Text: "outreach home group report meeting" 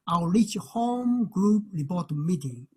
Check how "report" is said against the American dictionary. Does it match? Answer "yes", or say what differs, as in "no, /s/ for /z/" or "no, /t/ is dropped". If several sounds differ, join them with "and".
no, /b/ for /p/